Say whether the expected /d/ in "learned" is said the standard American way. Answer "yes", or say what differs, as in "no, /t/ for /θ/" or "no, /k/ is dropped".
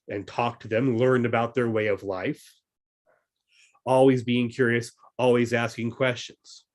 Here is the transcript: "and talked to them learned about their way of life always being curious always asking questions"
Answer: no, /d/ is dropped